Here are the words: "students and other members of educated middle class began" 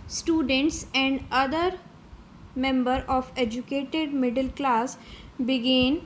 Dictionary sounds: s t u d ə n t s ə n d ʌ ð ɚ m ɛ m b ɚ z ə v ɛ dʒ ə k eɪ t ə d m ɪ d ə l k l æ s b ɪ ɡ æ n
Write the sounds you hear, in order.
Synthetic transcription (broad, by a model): s t u d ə n t s ə n d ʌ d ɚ m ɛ m b ɚ ə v ɛ dʒ ə k eɪ t ə d m ɪ d ə l k l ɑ s b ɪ ɡ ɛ n